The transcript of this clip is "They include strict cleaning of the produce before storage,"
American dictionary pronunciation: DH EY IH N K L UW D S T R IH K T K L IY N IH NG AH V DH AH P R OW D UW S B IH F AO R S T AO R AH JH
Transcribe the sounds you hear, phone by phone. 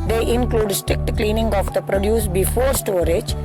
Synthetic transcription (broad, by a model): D EY IH N K L UW D S T R IH K T K L IY N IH NG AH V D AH P R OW D UW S B IH F AO R S T AO R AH JH